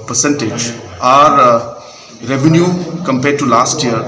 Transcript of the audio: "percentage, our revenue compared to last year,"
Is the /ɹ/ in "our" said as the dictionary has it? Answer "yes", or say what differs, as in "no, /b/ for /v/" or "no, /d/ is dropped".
yes